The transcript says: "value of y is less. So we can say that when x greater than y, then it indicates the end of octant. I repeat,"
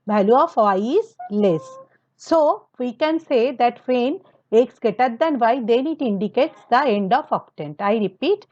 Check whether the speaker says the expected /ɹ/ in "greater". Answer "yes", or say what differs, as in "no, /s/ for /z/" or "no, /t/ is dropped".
no, /ɹ/ is dropped